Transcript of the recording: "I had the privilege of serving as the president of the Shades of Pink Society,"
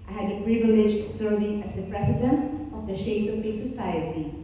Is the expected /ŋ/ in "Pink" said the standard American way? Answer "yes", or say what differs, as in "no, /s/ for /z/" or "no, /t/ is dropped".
no, /ŋ/ is dropped